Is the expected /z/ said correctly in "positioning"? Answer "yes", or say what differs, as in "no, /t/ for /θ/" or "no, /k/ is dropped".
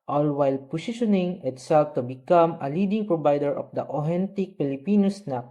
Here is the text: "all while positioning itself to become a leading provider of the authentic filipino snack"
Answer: no, /s/ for /z/